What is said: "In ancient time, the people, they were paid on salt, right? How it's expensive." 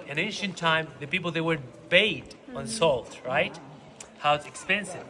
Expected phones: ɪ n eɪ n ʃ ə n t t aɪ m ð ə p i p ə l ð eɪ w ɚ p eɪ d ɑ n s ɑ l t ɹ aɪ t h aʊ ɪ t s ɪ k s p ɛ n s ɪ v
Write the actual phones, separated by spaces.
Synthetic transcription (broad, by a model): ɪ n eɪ n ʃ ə n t t aɪ m ð ə p i p l ð eɪ w ɚ b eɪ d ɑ n s ɑ l t ɹ aɪ t h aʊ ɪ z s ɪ k s p ɛ n s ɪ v